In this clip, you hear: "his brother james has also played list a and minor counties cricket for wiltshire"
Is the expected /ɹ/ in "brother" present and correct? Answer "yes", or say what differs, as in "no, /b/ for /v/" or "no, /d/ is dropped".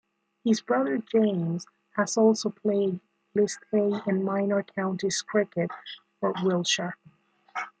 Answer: yes